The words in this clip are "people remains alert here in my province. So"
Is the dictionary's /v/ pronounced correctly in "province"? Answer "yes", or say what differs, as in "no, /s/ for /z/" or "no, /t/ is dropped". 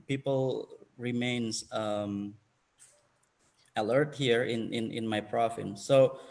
no, /f/ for /v/